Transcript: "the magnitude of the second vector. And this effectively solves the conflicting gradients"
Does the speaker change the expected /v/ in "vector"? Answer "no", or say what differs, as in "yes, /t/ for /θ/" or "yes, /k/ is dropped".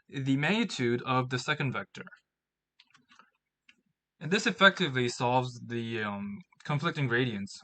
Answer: no